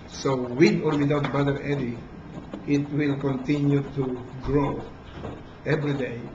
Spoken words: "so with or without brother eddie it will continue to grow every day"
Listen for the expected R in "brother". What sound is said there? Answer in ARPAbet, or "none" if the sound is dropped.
none